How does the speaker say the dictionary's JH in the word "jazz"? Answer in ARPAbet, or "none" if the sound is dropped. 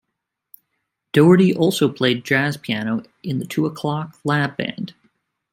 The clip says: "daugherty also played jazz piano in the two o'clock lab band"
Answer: JH